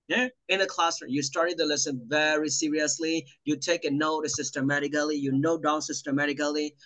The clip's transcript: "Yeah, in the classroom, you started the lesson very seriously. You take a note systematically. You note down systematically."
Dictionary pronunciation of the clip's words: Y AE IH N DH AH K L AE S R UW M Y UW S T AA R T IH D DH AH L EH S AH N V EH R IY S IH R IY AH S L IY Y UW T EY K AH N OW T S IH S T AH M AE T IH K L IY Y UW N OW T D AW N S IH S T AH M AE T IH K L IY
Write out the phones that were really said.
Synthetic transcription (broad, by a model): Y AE IH N DH AH K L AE S AH Y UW S T AA R T IH D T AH L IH S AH N V EH R IY S IH R IY AH S L IY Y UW T EY K AH N OW T S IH S T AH M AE T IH K L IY Y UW N OW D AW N S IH S T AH M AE T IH K L IY